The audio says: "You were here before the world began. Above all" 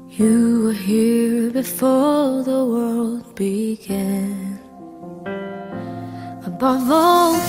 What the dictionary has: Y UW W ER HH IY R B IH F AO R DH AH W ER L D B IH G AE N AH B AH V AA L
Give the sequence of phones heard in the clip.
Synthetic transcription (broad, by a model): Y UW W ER HH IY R B IH F AO R DH AH W ER L D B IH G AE N AH B AH V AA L